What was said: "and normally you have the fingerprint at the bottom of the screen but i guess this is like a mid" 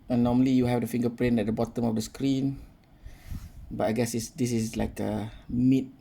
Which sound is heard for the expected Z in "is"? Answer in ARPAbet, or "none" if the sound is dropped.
S